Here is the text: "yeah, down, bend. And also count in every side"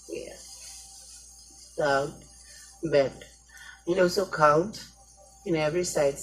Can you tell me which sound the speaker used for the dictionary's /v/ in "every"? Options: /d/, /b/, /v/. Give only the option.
/v/